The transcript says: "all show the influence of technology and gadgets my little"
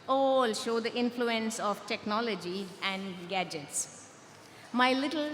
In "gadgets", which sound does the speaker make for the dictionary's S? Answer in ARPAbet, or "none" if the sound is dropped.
S